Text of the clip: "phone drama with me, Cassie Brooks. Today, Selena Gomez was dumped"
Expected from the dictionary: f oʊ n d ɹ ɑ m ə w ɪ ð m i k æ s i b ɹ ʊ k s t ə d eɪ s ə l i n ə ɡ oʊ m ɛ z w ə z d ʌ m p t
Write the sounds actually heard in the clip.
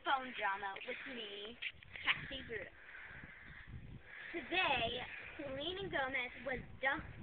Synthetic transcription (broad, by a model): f oʊ n d ɹ ɑ m ə w ɪ ð m i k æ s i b ɹ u t ə d eɪ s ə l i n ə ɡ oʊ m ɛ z w ə z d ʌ